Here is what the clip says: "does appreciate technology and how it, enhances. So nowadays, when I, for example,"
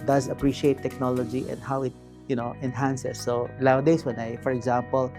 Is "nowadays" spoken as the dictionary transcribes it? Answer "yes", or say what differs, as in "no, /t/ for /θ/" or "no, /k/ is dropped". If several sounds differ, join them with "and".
no, /l/ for /n/ and /s/ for /z/